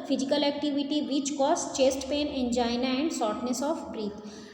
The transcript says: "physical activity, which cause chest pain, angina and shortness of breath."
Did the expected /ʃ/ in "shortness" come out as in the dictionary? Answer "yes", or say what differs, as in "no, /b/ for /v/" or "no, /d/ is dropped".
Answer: no, /s/ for /ʃ/